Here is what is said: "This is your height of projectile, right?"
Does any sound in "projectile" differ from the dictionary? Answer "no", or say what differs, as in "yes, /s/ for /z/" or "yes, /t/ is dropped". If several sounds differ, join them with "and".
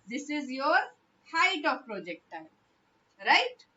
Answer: yes, /n/ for /l/